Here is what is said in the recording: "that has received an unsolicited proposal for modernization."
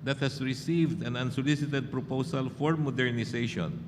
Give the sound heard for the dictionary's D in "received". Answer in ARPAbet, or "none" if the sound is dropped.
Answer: D